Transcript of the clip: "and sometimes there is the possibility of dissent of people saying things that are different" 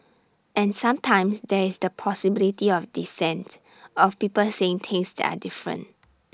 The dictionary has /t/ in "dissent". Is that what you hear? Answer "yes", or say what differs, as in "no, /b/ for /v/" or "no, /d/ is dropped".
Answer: yes